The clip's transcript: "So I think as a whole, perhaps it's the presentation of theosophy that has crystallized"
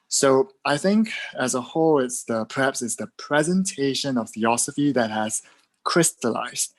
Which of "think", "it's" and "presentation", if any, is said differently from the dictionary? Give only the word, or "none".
none